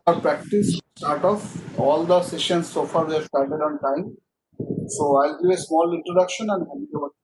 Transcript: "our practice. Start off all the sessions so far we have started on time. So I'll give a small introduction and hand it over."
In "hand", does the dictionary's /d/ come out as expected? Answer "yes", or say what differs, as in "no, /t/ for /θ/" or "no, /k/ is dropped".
no, /d/ is dropped